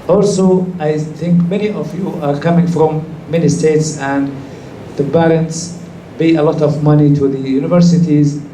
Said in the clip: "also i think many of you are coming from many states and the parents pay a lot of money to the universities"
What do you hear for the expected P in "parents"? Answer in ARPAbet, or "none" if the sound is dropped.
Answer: B